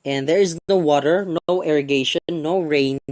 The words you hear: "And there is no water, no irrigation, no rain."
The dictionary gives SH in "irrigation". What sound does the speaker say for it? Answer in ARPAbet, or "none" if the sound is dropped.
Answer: none